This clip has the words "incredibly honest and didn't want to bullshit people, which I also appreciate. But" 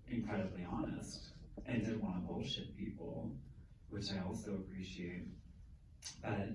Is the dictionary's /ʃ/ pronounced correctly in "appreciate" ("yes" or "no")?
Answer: yes